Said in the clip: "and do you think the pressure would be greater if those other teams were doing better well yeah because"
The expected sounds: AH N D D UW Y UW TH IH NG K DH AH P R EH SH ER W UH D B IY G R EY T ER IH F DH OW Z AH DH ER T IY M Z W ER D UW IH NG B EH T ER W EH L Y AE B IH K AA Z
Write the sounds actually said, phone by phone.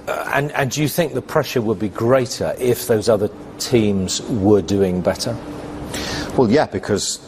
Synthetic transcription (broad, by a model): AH N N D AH Y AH TH IH NG K DH AH P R EH SH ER W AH D B IY G R EY T ER IH F DH OW Z AH DH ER T IY M Z W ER D UW IH NG B EH T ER W EH L Y AE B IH K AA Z